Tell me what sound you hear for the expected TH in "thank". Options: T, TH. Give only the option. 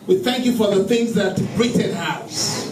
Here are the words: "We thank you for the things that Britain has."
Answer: TH